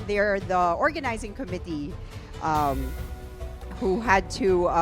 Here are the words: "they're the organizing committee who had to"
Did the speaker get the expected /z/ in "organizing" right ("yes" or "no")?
yes